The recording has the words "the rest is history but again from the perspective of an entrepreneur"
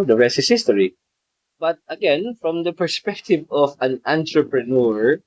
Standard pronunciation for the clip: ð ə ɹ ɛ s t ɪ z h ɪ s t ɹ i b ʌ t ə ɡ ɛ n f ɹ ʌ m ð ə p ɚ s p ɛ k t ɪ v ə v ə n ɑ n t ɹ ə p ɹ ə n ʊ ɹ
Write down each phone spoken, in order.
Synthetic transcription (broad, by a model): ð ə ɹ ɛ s ɪ s h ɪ s t ɹ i b ʌ t ə ɡ ɛ n f ɹ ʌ m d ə p ɚ s p ɛ k t ɪ v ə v ə n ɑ n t ɹ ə p ɹ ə n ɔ ɹ